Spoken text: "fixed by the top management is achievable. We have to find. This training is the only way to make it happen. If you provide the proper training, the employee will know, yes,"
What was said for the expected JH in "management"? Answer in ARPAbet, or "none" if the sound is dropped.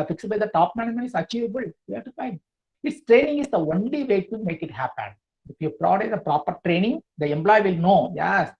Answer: none